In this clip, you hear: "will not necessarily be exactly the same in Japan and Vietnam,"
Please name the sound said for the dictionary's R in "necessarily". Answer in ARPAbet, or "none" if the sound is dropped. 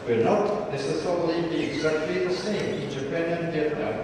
none